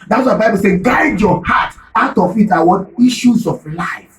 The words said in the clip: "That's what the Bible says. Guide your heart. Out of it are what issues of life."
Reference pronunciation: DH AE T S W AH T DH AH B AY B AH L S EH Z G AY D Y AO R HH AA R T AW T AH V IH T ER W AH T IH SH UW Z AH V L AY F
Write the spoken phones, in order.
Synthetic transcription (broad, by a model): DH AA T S W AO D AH B AY B AH L S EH G AY D Y AO HH AA T AW T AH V IH T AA W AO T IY SH UW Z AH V L AY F